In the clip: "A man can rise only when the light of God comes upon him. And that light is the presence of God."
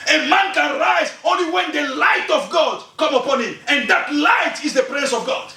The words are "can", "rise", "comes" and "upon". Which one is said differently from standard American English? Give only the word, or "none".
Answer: comes